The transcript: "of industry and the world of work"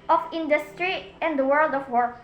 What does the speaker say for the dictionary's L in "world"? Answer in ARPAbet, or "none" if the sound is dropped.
L